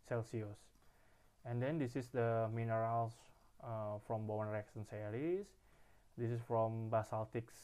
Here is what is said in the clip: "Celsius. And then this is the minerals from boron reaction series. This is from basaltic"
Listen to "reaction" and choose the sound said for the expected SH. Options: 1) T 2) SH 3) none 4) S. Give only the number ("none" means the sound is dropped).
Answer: 4